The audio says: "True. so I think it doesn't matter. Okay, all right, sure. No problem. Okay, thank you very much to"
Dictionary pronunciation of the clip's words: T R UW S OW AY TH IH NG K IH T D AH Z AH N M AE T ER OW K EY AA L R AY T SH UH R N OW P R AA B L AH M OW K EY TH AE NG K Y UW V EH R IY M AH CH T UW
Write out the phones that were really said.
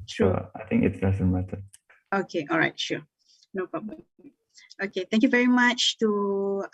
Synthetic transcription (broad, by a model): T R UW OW AY T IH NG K IH T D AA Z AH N M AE T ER OW K EY AA L R AY T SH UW N OW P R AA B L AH OW K EY T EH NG K Y UW V EH R IY M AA CH T UW